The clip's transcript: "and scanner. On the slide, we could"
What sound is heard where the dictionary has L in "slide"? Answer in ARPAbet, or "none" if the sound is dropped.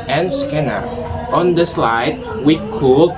L